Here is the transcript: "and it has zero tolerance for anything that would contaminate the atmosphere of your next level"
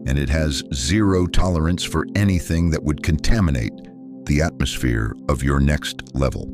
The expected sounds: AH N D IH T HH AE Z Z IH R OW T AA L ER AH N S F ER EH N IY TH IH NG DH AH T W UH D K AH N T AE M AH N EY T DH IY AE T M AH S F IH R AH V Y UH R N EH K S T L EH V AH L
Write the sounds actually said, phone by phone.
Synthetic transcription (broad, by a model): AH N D IH T HH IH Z Z IH R OW T AA L ER AH N S F ER EH N IY TH IH NG DH AH T W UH D K AH N T AE M AH N EY T DH IY AE T M AH S F IH R AH V Y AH R N EH K S T L EH V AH L